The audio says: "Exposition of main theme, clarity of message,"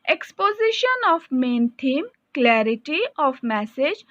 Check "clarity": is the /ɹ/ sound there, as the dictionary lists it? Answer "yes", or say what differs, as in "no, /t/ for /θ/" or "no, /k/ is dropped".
yes